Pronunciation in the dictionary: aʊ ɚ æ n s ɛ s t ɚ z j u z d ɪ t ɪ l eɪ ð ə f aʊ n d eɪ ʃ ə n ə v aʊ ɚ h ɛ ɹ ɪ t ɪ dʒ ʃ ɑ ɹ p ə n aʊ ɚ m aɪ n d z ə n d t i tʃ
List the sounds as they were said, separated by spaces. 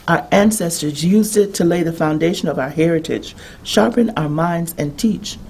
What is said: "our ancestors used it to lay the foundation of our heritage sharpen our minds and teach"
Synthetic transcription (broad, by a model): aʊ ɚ æ n s ɛ s t ɚ z j u z d ɪ t ɪ l eɪ ð ə f aʊ n d eɪ ʃ ə n ə v aʊ ɚ h ɛ ɹ ɪ t ɪ dʒ ʃ ɑ ɹ p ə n aʊ ɚ m aɪ n d z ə n t i tʃ